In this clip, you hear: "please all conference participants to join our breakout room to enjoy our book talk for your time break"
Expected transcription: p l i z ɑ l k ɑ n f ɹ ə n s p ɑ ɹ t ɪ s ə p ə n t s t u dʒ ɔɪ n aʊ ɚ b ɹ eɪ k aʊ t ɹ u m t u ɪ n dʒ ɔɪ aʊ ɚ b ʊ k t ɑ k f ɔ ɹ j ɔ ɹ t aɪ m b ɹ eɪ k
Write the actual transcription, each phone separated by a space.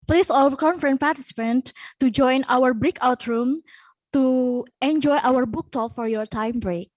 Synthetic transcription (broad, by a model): p l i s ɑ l k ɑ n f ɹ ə n p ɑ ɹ t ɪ s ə p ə n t t u dʒ ɔɪ n aʊ ɚ b ɹ eɪ k aʊ t ɹ u m t u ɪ n dʒ ɔɪ aʊ ɚ b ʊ k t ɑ f ɔ ɹ j ɔ ɹ t aɪ m b ɹ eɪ k